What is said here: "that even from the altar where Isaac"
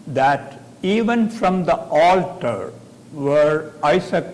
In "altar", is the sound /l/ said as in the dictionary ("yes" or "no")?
yes